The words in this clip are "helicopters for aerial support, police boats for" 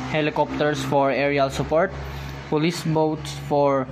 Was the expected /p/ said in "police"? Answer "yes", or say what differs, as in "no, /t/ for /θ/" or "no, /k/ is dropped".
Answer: yes